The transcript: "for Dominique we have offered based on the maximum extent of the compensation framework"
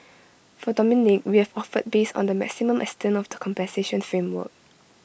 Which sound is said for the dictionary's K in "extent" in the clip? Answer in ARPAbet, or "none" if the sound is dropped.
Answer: none